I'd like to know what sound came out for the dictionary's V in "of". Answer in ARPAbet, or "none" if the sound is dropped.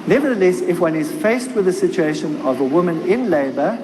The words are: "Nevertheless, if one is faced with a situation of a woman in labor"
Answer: V